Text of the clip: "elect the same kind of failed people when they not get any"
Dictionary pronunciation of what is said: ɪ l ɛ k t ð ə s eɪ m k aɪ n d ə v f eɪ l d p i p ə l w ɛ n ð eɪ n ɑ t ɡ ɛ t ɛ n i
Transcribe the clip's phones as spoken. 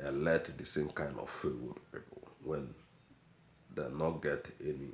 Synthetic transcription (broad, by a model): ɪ l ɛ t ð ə s eɪ m k aɪ n d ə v f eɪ w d p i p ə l w ɛ n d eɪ n ɑ t ɡ ɛ t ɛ n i